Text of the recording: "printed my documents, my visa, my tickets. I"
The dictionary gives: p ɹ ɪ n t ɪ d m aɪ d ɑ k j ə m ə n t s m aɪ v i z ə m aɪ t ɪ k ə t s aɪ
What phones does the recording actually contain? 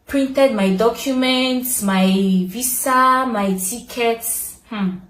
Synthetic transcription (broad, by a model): p ɹ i n t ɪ d m aɪ d ɑ k j ə m ə n t s m aɪ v i s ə m aɪ t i k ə t s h